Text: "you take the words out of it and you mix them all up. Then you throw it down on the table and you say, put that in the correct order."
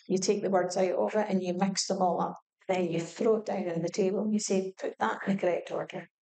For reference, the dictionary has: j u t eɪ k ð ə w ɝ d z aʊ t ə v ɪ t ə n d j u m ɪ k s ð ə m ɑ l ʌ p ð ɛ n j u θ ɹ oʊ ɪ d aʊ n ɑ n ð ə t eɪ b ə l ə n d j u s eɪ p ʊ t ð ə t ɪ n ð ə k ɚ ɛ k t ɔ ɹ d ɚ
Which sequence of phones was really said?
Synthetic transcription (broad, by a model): j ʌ t eɪ k ð ə w ɝ d z aʊ t ə v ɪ t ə n j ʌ m ɪ k s ð ə m ɑ l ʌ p ð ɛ n j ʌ θ ɹ oʊ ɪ d aʊ n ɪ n ð ə t eɪ b ə l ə n j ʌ s eɪ p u t ð ə t ɪ n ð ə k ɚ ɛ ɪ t ɔ ɹ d ɚ